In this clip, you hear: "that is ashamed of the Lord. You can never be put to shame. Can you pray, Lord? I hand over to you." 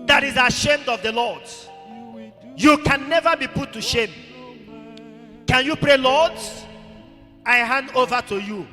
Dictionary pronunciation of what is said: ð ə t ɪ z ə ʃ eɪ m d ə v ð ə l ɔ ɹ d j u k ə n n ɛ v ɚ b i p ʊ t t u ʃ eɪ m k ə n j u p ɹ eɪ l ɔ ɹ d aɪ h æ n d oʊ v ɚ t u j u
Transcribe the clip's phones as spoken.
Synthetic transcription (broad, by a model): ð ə t ɪ z ə ʃ eɪ m d ə v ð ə l ɔ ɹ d j u k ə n n ɛ v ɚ b i p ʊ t t u ʃ eɪ m k ə n j u p ɹ eɪ l ɔ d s aɪ h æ n d oʊ v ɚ t u j u